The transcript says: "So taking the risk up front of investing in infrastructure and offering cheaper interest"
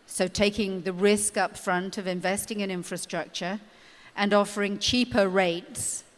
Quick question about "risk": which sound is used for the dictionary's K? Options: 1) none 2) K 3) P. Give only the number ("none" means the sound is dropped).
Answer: 2